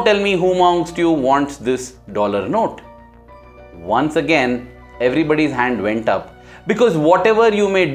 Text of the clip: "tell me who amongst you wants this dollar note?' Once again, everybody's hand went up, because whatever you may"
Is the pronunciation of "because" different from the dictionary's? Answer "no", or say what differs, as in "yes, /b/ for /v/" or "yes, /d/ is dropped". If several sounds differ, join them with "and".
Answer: no